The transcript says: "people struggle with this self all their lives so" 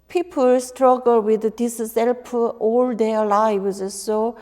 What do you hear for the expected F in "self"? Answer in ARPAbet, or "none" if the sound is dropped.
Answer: P